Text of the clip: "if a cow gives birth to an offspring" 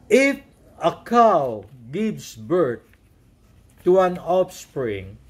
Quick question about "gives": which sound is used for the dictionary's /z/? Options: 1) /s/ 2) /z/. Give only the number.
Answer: 1